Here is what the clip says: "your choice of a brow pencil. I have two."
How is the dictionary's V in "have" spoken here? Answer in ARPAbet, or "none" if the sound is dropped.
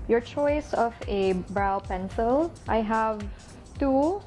V